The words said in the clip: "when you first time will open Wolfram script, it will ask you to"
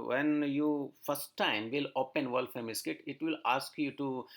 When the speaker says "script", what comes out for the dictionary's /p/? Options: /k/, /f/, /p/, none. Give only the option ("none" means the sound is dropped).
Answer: none